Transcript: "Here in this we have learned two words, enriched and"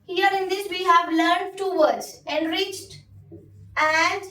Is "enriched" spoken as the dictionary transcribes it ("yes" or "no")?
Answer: yes